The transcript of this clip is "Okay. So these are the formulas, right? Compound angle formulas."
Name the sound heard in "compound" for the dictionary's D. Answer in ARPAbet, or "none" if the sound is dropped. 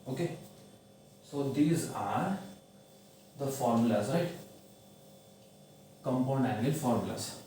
none